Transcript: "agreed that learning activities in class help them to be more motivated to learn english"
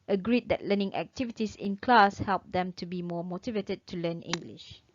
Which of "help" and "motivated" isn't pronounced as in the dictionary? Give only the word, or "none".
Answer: none